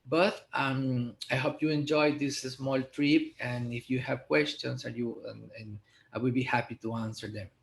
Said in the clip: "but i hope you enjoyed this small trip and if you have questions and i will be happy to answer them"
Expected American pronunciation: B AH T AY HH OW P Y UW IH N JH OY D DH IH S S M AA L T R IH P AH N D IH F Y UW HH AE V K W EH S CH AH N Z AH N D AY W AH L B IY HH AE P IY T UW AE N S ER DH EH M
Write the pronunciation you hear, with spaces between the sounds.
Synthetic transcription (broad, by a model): B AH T AY HH OW P Y UW IH N JH OY D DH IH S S M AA L T R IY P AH N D IH F Y UW HH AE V K W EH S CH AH N S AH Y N AY W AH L B IY HH AE P IY T UW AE N S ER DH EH M